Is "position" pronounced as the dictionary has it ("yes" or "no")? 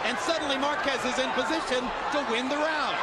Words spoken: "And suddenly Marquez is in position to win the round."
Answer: yes